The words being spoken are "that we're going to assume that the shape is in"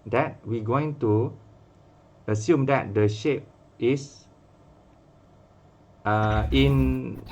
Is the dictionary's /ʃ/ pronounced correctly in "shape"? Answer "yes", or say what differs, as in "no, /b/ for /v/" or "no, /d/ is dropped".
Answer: yes